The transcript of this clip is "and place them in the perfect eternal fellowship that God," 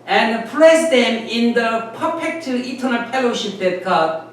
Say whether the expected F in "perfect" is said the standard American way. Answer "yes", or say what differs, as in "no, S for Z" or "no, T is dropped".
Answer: no, P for F